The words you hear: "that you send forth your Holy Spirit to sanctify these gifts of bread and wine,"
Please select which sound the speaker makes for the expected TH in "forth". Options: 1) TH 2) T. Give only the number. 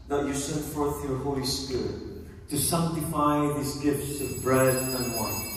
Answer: 1